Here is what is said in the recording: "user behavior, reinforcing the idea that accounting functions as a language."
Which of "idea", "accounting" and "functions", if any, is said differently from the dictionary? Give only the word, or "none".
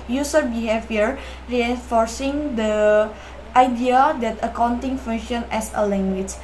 functions